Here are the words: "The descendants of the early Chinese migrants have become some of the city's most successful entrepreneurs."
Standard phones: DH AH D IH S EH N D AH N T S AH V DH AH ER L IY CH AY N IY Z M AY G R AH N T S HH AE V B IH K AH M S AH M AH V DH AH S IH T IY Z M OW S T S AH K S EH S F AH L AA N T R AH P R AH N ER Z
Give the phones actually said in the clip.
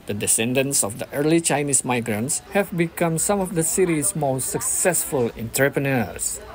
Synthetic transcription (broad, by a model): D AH D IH S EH N D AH N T S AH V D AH ER L IY CH AY N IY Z M AY G R AH N T S HH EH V B IH K AH M S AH M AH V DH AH S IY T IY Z M OW S T S AH K S EH S F AH L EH N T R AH P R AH N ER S